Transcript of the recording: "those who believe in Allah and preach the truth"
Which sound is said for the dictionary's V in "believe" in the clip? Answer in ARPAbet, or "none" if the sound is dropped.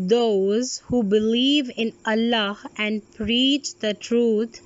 V